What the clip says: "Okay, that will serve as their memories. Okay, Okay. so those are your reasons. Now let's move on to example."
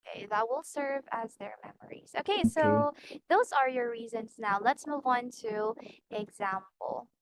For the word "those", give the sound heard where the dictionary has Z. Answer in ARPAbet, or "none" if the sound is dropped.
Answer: Z